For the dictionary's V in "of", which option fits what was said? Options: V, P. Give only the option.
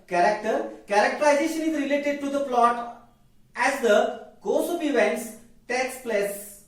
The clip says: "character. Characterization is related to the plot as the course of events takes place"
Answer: P